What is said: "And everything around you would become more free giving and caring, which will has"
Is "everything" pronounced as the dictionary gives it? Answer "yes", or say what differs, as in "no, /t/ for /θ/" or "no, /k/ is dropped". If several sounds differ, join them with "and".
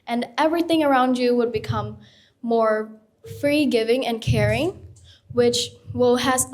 yes